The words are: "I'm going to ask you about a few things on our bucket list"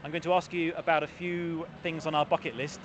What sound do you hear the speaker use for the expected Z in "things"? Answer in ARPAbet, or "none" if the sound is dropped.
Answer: Z